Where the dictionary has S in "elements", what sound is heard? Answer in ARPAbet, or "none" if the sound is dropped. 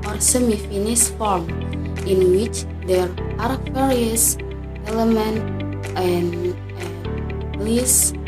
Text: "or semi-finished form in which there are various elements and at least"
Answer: none